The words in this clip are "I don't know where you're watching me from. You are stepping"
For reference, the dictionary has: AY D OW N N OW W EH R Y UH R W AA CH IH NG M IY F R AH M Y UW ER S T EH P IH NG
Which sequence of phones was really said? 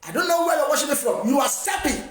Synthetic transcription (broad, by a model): AY D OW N N OW W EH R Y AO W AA SH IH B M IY F R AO M Y UW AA S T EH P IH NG